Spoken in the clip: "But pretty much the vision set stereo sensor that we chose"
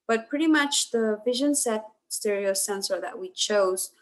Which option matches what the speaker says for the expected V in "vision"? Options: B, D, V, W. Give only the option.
V